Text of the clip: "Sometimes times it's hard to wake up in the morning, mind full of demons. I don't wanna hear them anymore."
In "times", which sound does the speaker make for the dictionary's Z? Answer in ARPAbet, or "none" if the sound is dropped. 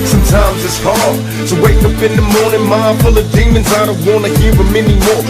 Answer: Z